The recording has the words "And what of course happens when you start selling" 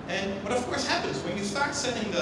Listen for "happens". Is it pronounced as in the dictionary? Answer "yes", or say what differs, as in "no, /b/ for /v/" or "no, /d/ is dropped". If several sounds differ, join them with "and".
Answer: yes